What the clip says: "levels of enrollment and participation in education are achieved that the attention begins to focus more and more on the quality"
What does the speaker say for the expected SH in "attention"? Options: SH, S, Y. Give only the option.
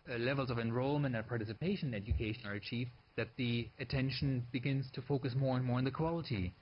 SH